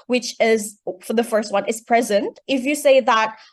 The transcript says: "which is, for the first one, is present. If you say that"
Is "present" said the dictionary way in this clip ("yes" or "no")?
yes